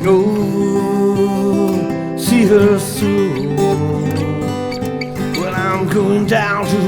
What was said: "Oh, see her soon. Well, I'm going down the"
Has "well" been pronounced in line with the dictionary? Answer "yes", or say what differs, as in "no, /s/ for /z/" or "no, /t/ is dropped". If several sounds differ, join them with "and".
no, /n/ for /l/